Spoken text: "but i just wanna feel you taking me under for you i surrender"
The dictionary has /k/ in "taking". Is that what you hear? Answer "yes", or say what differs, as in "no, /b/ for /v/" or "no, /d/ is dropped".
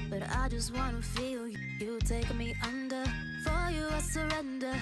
no, /k/ is dropped